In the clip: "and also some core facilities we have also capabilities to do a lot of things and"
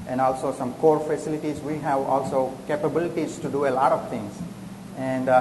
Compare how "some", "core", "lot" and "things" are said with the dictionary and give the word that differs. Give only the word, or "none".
things